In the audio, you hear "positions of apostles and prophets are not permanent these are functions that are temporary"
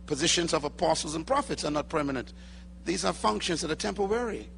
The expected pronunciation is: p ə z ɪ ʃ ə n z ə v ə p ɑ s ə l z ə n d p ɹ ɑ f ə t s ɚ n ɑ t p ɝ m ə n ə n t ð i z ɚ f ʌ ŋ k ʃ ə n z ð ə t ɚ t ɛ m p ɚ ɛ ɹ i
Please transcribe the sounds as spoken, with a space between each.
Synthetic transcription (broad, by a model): p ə z ɪ ʃ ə n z ə v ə p ɑ s l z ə n p ɹ ɑ f ə t s ɚ n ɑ t p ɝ m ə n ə n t ð i z ɚ f ʌ ŋ k ʃ ə n z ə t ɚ t ɛ m p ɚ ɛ ɹ i